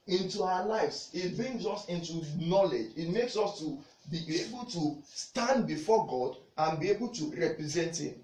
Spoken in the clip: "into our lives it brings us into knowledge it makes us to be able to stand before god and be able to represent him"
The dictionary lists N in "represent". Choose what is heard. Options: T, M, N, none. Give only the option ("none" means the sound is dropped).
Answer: N